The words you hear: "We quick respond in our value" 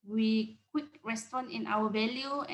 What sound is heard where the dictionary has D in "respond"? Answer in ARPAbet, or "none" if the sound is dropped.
none